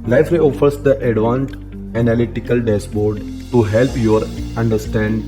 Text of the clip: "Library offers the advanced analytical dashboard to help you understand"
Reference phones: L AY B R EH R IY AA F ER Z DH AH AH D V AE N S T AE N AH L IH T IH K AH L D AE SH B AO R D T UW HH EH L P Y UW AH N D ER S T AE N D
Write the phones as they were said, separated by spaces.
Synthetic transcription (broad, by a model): L AY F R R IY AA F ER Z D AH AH D V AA N T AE N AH L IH T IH K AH L D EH S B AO R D T UW HH EH L P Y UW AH N D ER S T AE N D